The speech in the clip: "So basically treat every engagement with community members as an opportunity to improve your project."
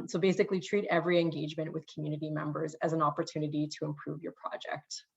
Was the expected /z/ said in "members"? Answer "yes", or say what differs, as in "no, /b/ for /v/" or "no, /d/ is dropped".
yes